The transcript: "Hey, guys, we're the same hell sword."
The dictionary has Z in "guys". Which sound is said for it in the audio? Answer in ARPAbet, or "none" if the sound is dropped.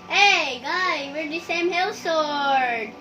none